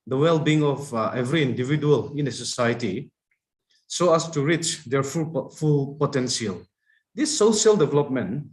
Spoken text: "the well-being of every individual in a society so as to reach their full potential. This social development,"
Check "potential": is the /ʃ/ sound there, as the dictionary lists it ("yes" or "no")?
no